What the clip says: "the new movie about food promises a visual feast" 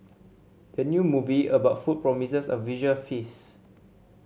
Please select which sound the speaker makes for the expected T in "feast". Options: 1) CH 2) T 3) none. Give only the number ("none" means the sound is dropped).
3